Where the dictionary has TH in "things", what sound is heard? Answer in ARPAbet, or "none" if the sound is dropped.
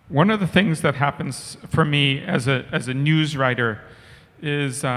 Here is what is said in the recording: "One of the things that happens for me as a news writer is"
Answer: TH